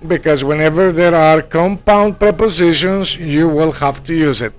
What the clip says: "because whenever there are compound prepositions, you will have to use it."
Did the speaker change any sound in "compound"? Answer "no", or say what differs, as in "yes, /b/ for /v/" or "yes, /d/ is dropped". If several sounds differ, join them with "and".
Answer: no